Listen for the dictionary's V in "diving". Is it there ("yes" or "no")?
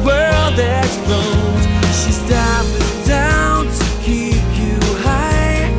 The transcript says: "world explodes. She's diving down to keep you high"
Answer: no